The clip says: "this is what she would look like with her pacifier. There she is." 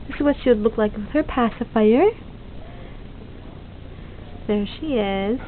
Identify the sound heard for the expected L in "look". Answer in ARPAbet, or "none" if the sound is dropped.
L